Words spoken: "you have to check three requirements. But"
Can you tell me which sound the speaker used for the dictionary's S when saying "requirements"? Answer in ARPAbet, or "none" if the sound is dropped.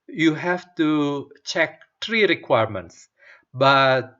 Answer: S